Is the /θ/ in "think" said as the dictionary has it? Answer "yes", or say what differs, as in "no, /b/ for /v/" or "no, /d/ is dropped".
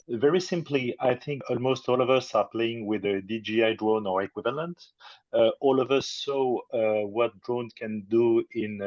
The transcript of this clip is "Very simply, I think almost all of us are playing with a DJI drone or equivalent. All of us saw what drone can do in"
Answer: yes